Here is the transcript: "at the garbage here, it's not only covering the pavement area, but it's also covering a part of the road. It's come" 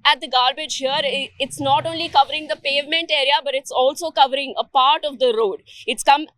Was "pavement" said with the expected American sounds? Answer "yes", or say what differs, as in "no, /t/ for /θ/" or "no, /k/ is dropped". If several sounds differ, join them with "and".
yes